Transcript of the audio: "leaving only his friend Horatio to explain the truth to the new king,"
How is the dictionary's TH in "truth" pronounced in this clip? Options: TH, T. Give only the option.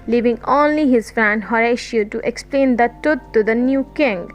T